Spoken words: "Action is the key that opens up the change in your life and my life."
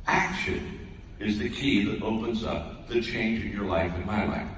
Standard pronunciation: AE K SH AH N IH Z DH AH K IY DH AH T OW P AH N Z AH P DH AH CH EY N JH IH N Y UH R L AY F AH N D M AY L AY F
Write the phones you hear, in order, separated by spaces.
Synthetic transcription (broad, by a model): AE K SH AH N IH Z DH AH K IY DH AH T OW P AH N Z AH P DH AH CH EY N JH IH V Y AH R L AY F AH N M AY L AY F